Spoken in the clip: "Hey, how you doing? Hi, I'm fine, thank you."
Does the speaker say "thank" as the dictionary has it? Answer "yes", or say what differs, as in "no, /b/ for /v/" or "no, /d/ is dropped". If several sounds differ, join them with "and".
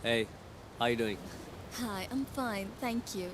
yes